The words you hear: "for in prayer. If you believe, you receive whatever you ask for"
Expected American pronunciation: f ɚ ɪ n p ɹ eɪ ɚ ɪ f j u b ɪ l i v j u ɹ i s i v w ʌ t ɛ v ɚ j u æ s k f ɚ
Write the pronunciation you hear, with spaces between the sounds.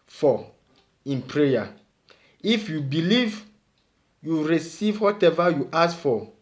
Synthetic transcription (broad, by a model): f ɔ ɪ n p ɹ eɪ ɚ ɪ f j u b ɪ l i v j u ɹ i s i v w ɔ t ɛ v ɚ j u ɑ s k f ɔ